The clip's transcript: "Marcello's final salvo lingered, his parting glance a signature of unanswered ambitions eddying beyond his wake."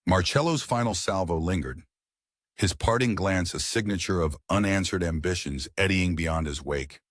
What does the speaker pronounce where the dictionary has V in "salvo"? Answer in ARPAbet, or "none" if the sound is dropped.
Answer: V